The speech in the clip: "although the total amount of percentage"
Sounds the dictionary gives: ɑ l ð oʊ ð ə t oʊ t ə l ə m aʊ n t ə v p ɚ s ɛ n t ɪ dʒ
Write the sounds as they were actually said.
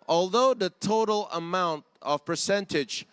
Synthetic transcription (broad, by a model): ɑ l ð oʊ ð ə t oʊ t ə l ə m aʊ n t ə v p ɚ s ɛ n t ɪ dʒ